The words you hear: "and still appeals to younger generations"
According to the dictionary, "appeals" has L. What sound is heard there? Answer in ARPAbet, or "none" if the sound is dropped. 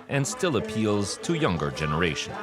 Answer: L